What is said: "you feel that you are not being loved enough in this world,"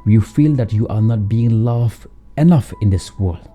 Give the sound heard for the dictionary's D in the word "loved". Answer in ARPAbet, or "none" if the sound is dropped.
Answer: none